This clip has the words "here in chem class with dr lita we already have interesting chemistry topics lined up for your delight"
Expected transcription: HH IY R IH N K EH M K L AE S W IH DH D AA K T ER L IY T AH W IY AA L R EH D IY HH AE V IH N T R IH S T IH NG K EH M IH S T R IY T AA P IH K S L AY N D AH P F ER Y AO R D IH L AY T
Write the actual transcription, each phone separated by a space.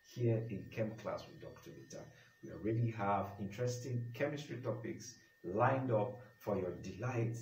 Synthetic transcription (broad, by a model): HH IY R IH N K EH M K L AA S W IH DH D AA K T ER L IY T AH W IY AA L R EH D IY HH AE V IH N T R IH S T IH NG K EH M IH S T R IY T AA P IH K S L AY N D AH P F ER Y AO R D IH L AY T